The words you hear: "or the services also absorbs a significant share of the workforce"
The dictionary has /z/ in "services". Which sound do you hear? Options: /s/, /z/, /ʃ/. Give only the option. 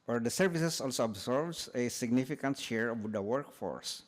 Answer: /s/